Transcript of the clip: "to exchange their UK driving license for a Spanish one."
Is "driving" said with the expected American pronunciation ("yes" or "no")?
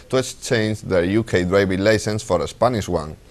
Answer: no